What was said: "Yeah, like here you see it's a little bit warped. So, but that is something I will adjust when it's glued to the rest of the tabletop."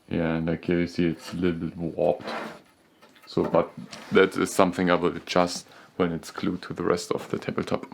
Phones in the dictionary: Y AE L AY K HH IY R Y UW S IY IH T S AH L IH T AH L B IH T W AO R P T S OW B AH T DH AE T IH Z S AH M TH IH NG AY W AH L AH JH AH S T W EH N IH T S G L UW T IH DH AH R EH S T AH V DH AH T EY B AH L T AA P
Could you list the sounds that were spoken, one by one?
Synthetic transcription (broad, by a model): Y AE N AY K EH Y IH S IY IH T S AH L IH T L B IH T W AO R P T S OW B AH T DH AE T IH Z S AH M TH IH NG AY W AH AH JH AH S T W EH N IH T S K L UW T IH DH AH R EH S T AH V DH AH T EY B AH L T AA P